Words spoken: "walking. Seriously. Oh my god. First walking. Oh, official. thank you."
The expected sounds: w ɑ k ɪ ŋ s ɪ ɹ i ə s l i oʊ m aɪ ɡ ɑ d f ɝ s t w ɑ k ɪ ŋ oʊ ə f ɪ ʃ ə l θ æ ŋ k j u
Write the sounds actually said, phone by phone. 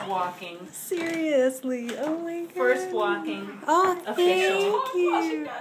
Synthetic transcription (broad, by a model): w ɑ k ɪ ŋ s ɪ ɹ i ə s l i oʊ m aɪ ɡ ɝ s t w ɑ k ɪ ŋ oʊ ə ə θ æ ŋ k j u